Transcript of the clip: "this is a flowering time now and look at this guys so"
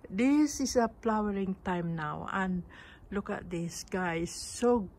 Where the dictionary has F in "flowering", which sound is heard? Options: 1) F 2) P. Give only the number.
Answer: 2